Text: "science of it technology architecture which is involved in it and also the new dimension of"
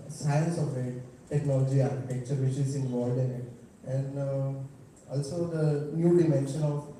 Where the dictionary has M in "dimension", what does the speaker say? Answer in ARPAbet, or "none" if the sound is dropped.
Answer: M